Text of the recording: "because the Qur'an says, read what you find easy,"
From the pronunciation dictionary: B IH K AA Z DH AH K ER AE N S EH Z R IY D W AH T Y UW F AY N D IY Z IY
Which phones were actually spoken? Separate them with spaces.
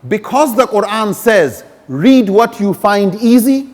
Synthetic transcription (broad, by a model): B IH K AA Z DH AH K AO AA N S EH Z R IY D W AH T Y UW F AY N D IY Z IY